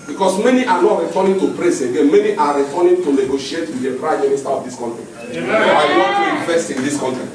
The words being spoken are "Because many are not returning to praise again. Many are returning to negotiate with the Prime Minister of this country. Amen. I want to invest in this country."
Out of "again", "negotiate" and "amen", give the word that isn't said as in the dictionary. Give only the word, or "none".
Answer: amen